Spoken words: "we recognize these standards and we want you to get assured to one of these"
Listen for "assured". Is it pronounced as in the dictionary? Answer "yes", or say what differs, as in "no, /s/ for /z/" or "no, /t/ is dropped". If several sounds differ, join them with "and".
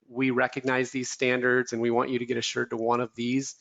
yes